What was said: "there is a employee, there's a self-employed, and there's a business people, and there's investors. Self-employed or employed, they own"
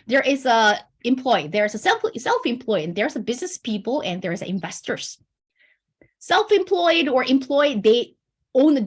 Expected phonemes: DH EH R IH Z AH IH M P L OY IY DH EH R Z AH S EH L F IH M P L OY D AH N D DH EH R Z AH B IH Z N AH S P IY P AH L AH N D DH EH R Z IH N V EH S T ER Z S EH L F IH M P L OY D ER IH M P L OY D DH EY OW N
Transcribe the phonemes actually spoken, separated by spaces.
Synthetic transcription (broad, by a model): DH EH R IH Z AH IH M P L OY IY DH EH R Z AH S EH L F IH M P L OY AH N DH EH R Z AH B IH Z N AH S P IY P AH L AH N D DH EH R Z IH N V EH S T ER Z S EH L F IH M P L OY D ER IH M P L OY D DH EY OW N